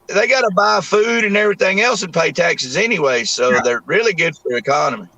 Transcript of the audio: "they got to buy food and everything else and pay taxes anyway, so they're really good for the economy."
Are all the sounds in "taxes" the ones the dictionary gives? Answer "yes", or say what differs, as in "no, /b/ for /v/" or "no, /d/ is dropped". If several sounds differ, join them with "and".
yes